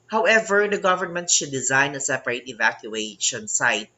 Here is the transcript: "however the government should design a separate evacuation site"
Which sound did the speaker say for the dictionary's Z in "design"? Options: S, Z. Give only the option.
Z